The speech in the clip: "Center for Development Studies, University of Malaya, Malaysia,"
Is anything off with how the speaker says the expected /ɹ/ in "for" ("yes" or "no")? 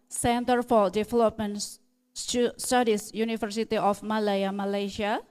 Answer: yes